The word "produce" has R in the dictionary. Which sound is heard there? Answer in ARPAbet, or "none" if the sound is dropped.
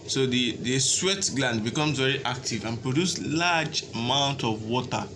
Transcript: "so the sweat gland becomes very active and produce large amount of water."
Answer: R